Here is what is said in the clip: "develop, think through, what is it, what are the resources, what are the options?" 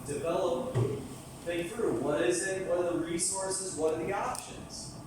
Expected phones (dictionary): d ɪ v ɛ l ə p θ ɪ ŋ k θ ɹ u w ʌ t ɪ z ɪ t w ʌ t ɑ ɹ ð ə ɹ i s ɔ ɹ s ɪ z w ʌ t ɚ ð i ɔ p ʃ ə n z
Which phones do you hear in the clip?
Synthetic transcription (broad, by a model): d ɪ v ɛ l ə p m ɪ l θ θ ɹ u w ʌ t ɪ z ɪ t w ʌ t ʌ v ð ə ɹ i s ɔ ɹ s ɪ z w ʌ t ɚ ð i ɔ p ʃ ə n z